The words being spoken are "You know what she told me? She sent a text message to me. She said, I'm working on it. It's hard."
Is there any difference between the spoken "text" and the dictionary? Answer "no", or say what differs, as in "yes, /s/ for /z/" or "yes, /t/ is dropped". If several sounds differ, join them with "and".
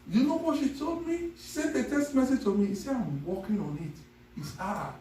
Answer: yes, /k/ is dropped